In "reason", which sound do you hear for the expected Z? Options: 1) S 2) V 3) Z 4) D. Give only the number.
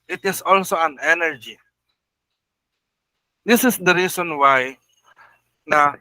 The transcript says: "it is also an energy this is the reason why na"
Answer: 1